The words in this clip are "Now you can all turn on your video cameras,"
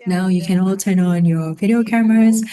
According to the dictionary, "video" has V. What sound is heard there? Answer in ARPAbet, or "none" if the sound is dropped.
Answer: V